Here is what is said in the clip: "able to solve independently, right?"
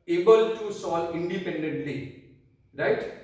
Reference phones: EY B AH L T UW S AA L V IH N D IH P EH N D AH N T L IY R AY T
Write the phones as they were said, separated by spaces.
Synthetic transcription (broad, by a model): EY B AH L T UW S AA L IH N D IH P EH N D AH N T L IY R AY T